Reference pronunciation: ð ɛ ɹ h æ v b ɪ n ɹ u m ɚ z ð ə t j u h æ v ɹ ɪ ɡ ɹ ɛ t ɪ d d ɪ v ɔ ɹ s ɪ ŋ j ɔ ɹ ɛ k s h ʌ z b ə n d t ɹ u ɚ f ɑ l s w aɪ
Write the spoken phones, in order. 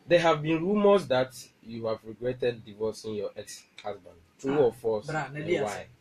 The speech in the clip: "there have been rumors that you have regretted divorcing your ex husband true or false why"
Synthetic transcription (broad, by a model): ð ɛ h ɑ v b ɪ n ɹ u m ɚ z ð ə t j u h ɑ v ɹ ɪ ɡ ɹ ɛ t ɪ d d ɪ v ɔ s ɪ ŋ j ɔ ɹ ɛ k s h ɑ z b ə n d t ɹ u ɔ f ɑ s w aɪ